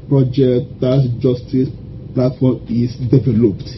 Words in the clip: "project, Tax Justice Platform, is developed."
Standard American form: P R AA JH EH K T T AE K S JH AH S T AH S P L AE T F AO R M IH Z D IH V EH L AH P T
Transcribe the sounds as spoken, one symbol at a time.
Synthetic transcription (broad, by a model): P R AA JH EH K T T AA S JH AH S T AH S P L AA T F AO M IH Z D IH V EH L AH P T